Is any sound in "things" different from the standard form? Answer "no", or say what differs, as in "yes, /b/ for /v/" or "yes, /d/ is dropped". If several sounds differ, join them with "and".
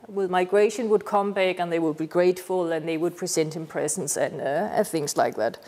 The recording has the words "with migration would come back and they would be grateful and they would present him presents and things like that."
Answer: no